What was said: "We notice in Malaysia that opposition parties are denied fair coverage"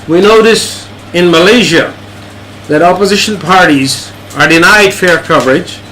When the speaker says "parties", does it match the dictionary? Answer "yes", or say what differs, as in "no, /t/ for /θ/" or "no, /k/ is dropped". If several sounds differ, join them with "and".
yes